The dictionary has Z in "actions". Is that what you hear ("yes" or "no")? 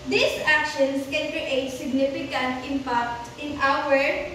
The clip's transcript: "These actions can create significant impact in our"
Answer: no